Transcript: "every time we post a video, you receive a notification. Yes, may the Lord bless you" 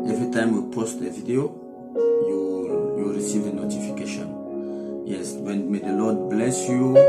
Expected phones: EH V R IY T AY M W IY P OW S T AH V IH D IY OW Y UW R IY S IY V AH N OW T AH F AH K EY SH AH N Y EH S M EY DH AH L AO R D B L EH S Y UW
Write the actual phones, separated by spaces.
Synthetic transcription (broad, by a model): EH V R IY T AY M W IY P OW S T AH V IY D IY OW Y UW R IY S IY V AH N OW T AH F AH K EY SH AH N Y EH S M EY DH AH L AO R D B L EH S Y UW